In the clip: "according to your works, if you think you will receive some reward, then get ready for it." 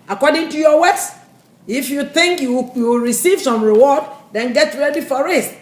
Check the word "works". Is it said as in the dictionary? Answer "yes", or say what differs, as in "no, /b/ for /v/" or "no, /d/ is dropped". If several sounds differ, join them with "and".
no, /k/ is dropped